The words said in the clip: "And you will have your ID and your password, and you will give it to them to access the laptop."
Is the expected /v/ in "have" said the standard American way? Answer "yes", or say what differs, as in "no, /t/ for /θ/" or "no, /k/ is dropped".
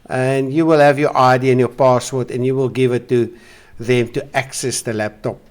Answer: yes